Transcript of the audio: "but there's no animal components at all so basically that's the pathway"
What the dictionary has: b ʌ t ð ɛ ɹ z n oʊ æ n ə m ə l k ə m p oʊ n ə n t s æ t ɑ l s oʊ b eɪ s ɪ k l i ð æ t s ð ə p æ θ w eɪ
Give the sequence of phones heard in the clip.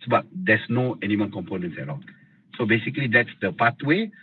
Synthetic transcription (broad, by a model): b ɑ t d ɛ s n oʊ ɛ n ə m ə n k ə m p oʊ n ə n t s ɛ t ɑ s oʊ b eɪ s ɪ k l i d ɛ t s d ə p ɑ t w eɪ